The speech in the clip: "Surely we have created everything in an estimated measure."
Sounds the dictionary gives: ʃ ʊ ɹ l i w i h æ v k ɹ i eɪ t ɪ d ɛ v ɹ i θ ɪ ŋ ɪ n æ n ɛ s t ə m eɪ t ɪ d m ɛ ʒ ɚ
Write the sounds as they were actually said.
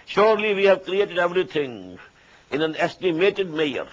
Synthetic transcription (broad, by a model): ʃ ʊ ɹ l i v i h æ v k ɹ i eɪ t ɪ d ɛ v ɹ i t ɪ ŋ ɪ n æ n ɛ s t ə m eɪ t ɪ d m ɛ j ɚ